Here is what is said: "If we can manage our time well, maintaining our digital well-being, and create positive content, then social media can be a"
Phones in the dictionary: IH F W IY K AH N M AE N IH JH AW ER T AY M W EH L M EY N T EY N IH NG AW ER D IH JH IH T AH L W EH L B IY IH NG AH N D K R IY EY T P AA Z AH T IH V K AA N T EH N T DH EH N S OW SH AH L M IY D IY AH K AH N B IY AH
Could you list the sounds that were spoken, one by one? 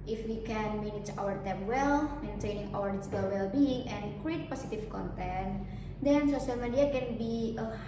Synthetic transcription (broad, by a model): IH F W IY K AH N M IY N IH CH AW ER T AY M W EH L M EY N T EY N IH NG AW ER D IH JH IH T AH L W EH L B IY IH NG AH N K R IY EY T P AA S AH T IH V K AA N T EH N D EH N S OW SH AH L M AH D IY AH K AH N B IY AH